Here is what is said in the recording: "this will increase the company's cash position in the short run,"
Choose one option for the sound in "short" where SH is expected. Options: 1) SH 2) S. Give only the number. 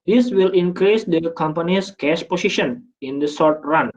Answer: 2